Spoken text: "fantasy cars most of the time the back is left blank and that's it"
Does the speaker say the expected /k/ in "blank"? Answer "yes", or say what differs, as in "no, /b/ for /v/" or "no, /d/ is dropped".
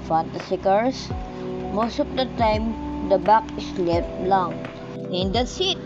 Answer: no, /k/ is dropped